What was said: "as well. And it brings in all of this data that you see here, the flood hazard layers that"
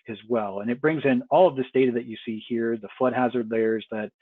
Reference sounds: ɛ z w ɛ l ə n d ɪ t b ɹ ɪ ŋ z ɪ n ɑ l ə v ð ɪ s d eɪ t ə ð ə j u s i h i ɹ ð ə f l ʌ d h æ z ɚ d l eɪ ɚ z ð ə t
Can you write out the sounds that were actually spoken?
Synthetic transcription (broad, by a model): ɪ z w ɛ l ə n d ɪ t b ɹ ɪ ŋ z ɪ n ɑ l ə v ð ɪ s d eɪ t ə ð ə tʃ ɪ s i h i ɹ ð ə f l ʌ d h æ z ɚ d l eɪ ɚ z ð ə t